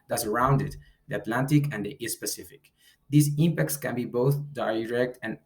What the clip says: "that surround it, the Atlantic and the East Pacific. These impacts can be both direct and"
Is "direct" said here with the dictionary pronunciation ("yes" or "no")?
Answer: yes